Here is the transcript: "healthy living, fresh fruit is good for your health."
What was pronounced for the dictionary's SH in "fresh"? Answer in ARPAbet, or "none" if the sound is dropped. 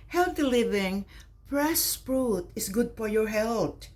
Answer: S